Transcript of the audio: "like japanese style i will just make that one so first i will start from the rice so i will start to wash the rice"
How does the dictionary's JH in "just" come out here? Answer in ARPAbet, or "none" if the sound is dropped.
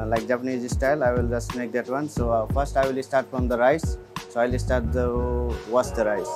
JH